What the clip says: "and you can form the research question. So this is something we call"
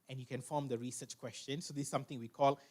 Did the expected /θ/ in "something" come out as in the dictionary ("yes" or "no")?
no